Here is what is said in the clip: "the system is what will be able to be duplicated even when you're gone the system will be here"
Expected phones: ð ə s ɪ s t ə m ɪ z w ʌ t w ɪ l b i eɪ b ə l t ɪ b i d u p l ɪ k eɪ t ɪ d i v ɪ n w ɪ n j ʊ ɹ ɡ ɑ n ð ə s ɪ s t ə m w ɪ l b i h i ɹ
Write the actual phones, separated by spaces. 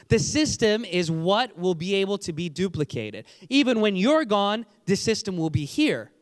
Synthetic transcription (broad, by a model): ð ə s ɪ s t ə m ɪ z w ʌ t w ɪ l b i eɪ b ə l t ɪ b i d u p l ɪ k eɪ t ɪ d i v ɪ n w ɪ n j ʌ ɹ ɡ ɑ n ð ə s ɪ s t ə m w ɪ l b i h i ɹ